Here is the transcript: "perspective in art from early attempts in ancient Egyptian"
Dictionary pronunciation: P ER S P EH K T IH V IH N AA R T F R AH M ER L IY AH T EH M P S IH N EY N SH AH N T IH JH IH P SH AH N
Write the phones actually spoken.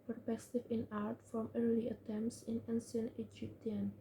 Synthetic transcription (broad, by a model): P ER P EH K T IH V IH N AA R T F R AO M ER L IY AH T EH M P S IH N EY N S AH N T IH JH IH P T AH N